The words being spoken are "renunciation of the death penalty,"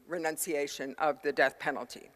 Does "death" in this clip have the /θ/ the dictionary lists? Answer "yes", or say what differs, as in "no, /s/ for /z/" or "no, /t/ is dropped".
yes